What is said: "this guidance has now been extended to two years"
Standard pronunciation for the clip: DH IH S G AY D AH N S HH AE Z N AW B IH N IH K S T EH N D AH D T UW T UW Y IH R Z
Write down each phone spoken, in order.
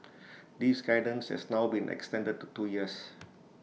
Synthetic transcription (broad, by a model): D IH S G AY D AH N S HH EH S N AW B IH N IH K S T EH N D AH D T UW T UW Y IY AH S